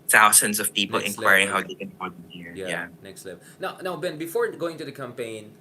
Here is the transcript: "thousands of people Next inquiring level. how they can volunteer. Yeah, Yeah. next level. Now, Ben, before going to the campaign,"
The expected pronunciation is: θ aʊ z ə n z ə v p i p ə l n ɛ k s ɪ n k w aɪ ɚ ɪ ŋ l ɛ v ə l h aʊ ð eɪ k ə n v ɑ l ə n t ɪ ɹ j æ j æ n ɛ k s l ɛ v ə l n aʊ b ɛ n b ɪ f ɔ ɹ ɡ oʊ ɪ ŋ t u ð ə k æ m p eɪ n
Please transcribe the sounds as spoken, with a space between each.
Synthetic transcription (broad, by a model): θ aʊ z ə n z ə v p i p ə l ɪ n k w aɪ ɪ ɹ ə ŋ h aʊ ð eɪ k ə n f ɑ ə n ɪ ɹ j j æ n ɛ k s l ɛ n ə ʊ n aʊ b ɛ n b ɪ f ɔ ɹ ɡ oʊ ɪ ŋ t u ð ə k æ m p eɪ n